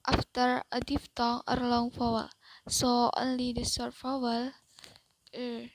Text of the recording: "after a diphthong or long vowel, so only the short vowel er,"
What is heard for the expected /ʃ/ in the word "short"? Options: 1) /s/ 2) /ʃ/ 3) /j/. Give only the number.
1